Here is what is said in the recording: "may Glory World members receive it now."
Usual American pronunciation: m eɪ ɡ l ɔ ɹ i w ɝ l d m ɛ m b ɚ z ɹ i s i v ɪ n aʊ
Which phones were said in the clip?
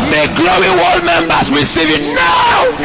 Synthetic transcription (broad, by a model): m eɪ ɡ l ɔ i w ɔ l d m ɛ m b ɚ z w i s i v ɪ n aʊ